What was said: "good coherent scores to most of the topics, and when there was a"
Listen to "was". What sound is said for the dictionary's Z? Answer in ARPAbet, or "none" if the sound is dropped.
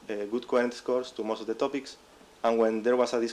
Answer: S